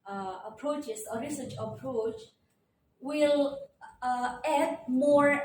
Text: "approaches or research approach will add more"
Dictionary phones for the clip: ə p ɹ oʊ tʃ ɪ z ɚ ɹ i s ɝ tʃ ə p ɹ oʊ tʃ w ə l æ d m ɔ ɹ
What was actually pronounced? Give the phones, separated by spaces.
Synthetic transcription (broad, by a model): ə p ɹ oʊ tʃ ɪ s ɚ ɹ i s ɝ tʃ ə p ɹ oʊ tʃ w ə l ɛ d m ɔ ɹ